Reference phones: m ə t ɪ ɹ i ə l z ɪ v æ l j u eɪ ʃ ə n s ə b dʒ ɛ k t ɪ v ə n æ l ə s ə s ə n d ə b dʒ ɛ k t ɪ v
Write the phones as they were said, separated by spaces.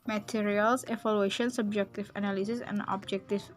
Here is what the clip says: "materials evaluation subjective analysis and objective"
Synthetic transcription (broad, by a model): m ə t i ɹ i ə l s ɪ f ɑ l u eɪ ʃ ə n s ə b dʒ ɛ k t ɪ f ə n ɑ l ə s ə s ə n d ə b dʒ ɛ k t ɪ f